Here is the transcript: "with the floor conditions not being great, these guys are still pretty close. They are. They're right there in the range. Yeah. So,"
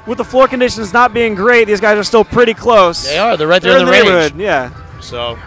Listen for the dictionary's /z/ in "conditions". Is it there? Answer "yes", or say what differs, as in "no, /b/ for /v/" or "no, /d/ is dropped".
yes